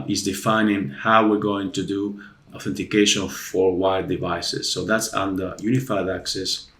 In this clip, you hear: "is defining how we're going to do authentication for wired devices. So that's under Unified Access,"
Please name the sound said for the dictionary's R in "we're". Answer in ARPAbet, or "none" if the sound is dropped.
R